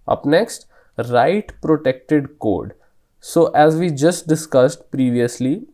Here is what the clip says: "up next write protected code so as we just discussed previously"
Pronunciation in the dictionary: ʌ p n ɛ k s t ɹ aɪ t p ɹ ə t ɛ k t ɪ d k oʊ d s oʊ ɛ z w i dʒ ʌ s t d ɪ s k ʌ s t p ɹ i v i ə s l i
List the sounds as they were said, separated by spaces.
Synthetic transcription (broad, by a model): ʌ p n ɛ k s t ɹ aɪ t p ɹ ə t ɛ k t ɪ d k oʊ d s oʊ ɛ z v i dʒ ʌ s t d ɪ s k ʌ s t p ɹ i v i ə s l i